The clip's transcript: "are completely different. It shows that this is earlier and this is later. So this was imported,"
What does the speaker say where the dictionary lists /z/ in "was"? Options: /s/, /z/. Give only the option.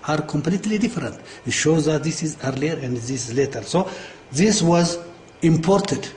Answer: /z/